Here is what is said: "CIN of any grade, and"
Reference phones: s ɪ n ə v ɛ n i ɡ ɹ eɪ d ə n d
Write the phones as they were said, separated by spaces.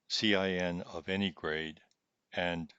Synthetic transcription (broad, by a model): s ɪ n ə v ɛ n i ɡ ɹ eɪ d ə n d